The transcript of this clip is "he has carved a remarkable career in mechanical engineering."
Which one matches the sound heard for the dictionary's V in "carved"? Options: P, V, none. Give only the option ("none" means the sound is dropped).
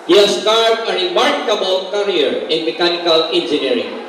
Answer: none